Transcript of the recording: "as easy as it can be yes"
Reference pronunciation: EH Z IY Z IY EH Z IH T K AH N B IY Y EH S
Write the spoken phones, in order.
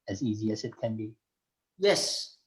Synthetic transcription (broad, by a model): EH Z IY Z IY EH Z IH T K AH N B IY Y EH S